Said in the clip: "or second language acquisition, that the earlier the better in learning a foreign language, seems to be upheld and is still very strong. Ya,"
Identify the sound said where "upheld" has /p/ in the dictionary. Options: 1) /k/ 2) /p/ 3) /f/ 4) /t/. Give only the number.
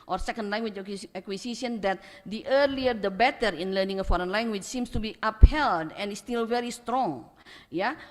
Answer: 2